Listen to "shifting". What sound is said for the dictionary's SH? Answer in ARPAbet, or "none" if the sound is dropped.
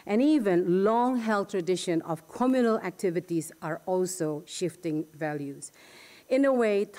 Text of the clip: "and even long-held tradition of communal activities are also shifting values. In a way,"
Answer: SH